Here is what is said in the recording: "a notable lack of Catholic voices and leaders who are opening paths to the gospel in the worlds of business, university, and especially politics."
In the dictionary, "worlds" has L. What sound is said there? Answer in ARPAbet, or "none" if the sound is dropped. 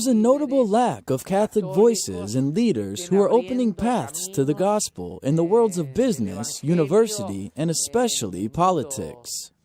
L